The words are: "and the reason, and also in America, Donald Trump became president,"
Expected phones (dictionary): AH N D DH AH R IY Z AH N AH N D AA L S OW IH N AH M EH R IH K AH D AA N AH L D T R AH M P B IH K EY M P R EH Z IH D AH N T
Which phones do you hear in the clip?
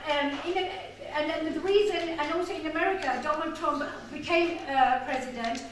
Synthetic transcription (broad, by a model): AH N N DH AH L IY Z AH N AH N AA L S OW IH N AH M EH R IH K AH D AA N AH L D T R AH M P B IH K EY M P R EH Z IH D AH N T